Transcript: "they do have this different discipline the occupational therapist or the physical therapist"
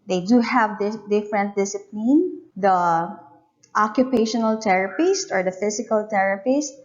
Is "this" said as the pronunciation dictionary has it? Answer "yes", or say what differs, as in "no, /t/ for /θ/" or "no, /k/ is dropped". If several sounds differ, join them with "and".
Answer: no, /s/ is dropped